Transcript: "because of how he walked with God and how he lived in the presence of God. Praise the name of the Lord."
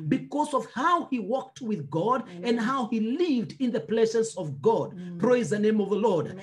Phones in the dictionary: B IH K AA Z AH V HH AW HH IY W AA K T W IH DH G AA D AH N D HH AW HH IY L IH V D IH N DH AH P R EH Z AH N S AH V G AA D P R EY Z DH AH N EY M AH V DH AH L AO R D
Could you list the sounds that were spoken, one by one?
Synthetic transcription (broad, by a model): B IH K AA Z AH V HH AW HH IY W AA K T W IH DH G AA D AH N D HH AW HH IY L IH V D IH N DH AH P L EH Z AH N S AH V G AA D P R EY Z DH AH N EY M AH V DH AH L AO R D